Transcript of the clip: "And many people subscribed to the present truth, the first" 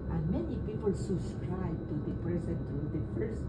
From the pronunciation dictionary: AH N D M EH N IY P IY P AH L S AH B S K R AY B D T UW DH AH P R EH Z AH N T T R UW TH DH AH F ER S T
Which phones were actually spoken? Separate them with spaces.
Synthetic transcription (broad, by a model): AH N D M EH N IY P IY P AH L S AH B S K R AY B T UW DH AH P R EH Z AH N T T UW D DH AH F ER S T